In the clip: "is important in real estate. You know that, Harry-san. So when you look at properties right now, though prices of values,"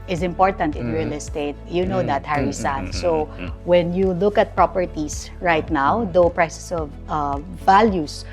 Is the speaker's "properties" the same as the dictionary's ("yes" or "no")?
no